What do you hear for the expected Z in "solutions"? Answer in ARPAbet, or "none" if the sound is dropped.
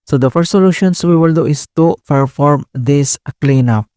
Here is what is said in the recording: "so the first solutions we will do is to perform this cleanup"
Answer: S